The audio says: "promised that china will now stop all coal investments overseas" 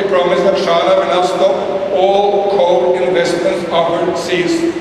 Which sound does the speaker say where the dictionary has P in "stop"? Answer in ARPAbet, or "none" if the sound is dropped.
none